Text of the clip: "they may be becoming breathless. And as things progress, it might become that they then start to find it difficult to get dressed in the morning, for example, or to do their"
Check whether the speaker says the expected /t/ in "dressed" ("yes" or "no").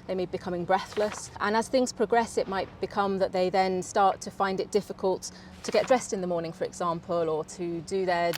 yes